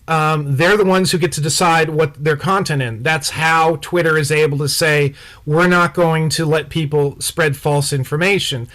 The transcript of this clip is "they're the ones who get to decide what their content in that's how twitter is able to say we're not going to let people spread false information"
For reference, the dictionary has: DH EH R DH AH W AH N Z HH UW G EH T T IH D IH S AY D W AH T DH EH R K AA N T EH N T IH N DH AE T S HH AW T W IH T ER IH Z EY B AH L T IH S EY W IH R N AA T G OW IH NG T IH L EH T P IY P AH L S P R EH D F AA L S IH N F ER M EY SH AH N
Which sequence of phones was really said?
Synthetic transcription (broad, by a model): DH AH R DH AH W AH N Z HH UW G EH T T IH D IH S AY D W AH T DH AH R K AA N T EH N IH N DH AE T S HH AW T W IH T ER IH Z EY B L T IH S EY W IH R N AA T G OW IH NG T IH L EH T P IY P L S P R EH D F AA L S IH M F ER M EY SH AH N